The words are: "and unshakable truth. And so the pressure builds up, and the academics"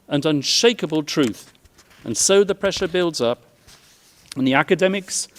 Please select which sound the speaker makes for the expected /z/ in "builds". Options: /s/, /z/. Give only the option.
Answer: /z/